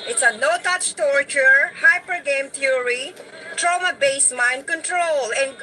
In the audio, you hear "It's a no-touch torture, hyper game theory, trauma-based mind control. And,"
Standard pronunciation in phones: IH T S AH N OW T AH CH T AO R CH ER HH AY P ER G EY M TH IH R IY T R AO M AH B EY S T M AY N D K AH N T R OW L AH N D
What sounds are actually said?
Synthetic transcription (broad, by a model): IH T S AH N OW T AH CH T AO R CH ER HH AY P ER G EY M T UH R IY T R AO M AH B EY S M AY N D K AH N T R OW L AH N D